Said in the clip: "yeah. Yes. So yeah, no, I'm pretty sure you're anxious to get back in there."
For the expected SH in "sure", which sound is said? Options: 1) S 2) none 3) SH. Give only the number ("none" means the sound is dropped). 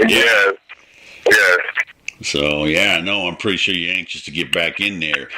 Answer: 3